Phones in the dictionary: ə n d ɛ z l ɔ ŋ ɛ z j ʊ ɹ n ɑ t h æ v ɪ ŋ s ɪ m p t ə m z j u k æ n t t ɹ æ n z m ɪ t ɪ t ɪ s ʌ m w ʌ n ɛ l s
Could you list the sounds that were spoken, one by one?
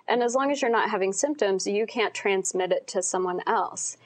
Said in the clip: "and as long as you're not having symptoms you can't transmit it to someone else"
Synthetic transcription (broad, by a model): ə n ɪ z l ɔ ŋ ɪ z j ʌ ɹ n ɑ t h æ v ɪ ŋ s ɪ m p t ə m z j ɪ k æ n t t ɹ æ n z m ɪ t ɪ t ɪ s ʌ m w ʌ n ɛ l s